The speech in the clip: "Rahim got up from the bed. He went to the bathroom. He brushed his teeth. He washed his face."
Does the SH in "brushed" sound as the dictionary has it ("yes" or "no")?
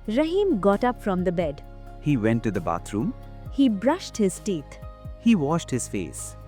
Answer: yes